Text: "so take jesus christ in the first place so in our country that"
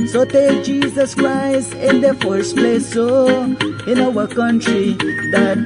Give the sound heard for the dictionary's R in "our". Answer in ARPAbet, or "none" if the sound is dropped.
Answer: W